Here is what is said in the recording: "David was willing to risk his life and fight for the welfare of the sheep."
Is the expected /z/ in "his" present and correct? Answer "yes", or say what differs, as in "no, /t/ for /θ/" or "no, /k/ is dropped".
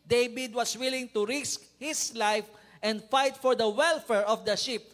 no, /s/ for /z/